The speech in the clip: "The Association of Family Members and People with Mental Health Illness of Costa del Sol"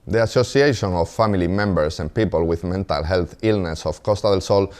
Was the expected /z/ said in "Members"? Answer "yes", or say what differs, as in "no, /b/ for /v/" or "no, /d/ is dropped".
no, /s/ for /z/